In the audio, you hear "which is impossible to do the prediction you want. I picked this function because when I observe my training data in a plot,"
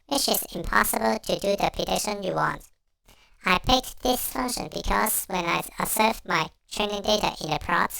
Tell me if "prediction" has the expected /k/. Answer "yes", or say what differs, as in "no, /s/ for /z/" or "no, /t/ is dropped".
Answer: no, /k/ is dropped